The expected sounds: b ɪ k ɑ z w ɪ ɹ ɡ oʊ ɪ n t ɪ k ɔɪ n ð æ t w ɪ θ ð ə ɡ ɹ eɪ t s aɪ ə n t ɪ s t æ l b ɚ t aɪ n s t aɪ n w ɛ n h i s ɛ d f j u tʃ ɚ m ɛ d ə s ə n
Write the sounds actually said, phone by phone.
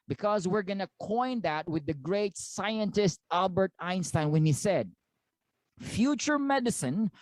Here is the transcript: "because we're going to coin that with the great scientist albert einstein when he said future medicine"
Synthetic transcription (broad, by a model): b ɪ k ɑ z w ɪ ɹ ɡ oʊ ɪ n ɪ k ɔɪ n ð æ t w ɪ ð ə ɡ ɹ eɪ t s aɪ ə n t ɪ s t æ l b ɚ t aɪ n s t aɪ n w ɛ n h i s ɛ d f j u tʃ ɚ m ɛ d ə s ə n